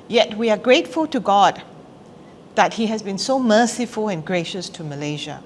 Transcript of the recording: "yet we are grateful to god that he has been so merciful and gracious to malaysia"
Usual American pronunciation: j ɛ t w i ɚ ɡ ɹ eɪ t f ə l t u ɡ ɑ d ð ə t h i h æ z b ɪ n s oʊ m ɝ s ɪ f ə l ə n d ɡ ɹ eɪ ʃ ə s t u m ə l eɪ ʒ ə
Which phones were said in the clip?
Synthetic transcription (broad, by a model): j ɛ t w i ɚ ɡ ɹ eɪ t f ə l t u ɡ ɑ d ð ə t h i h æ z b ɪ n s oʊ m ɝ s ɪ f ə l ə n ɡ ɹ eɪ ʃ ə s t u m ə l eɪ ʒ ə